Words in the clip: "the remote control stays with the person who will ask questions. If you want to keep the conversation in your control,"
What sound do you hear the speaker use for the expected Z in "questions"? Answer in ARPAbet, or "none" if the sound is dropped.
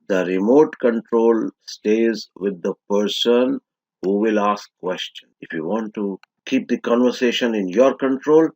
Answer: none